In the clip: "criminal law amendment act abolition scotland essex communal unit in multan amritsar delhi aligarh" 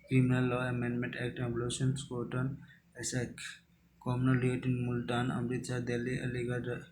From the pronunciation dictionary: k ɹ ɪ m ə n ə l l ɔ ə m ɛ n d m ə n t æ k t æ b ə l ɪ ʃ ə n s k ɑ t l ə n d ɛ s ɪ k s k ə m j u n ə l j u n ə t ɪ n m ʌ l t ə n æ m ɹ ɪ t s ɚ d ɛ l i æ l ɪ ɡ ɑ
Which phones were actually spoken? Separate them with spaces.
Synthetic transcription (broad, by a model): k ɹ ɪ m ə n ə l l ɔ ə m ɛ n d m ə n t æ k t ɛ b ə l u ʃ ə n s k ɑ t ə n ɛ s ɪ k k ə m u n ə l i ə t ɪ n m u l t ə n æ m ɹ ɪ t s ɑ d ɛ l i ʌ l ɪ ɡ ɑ